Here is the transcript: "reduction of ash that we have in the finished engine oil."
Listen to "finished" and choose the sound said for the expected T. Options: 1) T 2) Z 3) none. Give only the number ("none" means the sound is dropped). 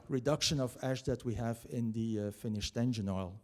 1